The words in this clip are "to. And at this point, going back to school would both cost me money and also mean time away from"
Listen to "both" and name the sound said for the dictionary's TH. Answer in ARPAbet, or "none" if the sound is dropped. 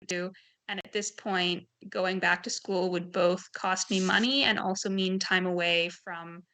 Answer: TH